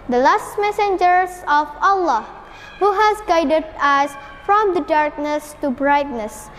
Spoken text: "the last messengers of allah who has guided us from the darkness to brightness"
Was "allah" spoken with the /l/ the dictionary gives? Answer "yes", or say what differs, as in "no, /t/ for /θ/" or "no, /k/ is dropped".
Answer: yes